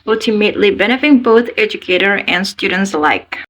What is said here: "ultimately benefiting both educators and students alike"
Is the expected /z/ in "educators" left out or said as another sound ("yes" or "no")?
yes